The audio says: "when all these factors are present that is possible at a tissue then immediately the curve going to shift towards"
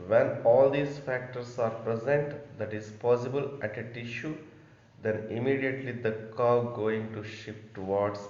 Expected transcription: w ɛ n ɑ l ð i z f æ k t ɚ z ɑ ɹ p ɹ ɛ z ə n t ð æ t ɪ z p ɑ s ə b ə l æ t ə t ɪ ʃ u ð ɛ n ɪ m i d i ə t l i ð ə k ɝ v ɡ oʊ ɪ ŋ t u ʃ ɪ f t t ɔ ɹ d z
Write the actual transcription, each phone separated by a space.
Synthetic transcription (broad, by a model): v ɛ n ɑ l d i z f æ k t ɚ s ɑ ɹ p ɹ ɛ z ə n t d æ t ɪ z p ɑ s ə b ə l æ t ə t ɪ ʃ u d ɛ n ɪ m i d i ə t l i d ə k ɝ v ɡ oʊ ɪ ŋ t u ʃ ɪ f t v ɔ ɹ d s